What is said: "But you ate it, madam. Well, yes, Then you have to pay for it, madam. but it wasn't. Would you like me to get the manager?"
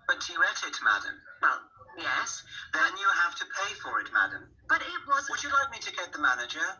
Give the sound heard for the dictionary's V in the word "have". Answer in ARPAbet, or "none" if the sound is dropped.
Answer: F